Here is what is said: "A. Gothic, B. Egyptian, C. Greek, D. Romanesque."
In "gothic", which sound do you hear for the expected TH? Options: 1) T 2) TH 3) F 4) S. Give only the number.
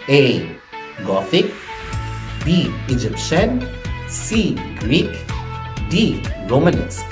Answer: 3